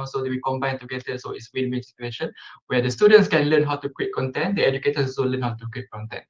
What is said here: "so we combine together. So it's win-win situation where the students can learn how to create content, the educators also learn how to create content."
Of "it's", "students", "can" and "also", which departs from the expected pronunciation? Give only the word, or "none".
also